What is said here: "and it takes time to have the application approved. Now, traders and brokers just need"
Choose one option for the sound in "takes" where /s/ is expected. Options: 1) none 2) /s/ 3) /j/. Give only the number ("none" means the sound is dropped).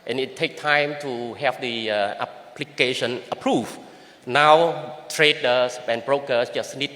1